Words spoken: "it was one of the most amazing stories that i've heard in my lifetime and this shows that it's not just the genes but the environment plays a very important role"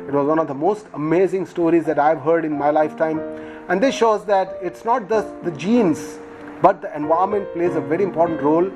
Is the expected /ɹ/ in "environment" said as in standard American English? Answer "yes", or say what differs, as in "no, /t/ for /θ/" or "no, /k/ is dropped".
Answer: no, /ɹ/ is dropped